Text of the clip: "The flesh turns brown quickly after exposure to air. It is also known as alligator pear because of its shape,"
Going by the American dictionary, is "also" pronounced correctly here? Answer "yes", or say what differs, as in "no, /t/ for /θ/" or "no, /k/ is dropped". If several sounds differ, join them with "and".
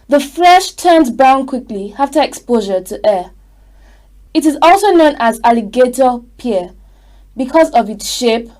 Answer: yes